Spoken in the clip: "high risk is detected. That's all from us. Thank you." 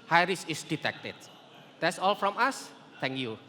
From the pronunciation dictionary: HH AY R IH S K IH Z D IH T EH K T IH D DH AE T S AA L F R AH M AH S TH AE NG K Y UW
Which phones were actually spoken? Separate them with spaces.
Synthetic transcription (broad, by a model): HH AY R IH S IH S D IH T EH K T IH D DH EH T S AA L F R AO M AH S T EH NG K Y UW